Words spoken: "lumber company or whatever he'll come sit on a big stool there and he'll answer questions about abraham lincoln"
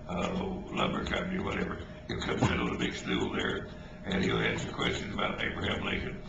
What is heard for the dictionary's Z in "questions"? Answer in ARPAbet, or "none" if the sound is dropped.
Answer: Z